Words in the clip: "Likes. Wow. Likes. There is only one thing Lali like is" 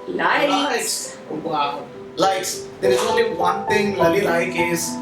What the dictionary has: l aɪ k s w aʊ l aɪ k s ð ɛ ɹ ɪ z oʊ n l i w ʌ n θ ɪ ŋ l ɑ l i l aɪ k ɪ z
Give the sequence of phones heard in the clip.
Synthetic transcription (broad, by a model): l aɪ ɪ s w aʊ l aɪ k s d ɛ ɹ ɪ z oʊ n l i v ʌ n t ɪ ŋ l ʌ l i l aɪ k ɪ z